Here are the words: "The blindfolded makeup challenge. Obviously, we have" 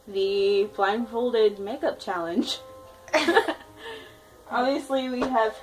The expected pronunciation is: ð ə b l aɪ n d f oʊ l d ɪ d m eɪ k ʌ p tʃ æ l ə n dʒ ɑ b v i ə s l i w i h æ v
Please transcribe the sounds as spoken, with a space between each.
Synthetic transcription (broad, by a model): ð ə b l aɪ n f oʊ l d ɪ d m eɪ k ʌ p tʃ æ l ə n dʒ ɑ b v i ə s l i w i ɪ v